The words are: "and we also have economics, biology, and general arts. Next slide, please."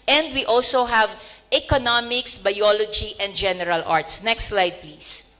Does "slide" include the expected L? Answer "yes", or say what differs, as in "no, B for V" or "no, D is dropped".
yes